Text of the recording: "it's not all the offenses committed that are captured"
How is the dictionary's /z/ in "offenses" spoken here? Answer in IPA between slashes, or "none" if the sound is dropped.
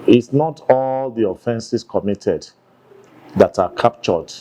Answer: /s/